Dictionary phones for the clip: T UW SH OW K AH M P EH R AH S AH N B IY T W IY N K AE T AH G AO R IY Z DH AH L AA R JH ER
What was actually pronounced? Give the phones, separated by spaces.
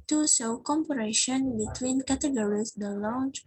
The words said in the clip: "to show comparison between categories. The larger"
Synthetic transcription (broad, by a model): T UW S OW K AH M P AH R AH SH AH N B IY T W IY N K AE T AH G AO R IY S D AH L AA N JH